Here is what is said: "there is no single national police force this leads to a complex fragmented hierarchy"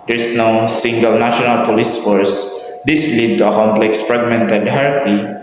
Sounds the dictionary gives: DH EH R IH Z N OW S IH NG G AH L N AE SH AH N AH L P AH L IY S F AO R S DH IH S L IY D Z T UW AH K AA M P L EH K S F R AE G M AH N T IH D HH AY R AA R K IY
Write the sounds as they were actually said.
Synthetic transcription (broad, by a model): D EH R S N OW S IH NG G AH L N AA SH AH N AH L P AH L IY S F AO R S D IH S L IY D T UW AH K AA M P L EH K S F R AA G M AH N T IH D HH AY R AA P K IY